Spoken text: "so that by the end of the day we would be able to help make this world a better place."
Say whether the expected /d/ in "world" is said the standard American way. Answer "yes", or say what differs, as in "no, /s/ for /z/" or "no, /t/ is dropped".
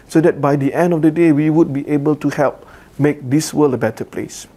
no, /d/ is dropped